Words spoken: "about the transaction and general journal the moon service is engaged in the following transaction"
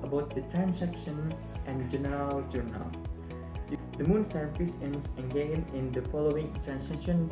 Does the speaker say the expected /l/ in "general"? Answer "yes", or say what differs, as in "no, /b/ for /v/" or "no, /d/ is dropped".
yes